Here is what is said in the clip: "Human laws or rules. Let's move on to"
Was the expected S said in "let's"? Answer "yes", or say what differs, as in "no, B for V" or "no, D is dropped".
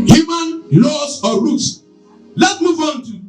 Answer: no, S is dropped